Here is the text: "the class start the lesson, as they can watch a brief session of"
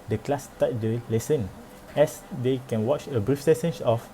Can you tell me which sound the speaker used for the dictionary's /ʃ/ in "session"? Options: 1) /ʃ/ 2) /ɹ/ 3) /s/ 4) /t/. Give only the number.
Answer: 3